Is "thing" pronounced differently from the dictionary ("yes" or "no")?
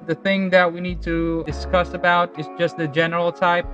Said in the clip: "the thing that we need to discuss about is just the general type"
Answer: no